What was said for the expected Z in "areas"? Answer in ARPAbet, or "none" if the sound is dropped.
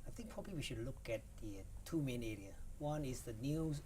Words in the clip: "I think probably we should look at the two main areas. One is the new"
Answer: none